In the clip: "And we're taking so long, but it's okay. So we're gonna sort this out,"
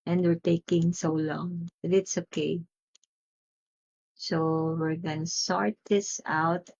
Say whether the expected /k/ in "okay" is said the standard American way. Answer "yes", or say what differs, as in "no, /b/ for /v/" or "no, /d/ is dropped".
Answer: yes